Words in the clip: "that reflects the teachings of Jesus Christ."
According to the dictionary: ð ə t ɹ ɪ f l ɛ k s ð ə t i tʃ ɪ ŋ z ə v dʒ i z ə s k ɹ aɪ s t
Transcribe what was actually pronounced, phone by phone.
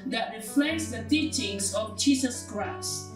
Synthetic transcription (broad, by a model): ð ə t ɹ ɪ f l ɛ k s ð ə t i tʃ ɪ ŋ s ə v dʒ i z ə s k ɹ aɪ s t